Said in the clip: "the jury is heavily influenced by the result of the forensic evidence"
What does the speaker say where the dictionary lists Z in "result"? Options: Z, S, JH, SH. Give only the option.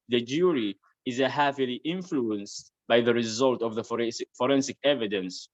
Z